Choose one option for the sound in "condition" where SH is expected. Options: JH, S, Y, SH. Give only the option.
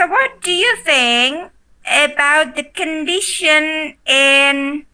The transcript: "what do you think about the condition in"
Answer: SH